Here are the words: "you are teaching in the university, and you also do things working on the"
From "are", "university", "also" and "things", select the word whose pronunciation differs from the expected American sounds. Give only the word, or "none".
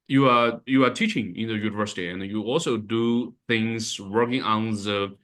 none